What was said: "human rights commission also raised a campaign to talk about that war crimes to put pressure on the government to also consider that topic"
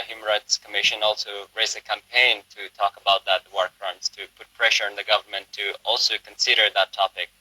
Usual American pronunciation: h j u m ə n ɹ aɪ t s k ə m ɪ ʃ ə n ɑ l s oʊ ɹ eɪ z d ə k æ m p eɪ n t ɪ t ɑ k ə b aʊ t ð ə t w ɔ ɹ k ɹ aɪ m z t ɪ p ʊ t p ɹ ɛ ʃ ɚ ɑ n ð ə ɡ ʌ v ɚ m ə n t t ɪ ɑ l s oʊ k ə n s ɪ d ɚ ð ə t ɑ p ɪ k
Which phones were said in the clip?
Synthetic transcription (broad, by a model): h j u m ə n ɹ aɪ t s k ə m ɪ ʃ ə n ɑ l s oʊ ɹ eɪ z ə k æ m p eɪ n t ɪ t ɑ k ə b aʊ t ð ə t w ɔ ɹ k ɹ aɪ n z t ɪ p ʊ t p ɹ ɛ ʃ ɚ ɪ n ð ə ɡ ʌ v ɚ m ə n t t ɪ ɑ l s oʊ k ə n s ɪ d ɚ ð ə t ɑ p ɪ k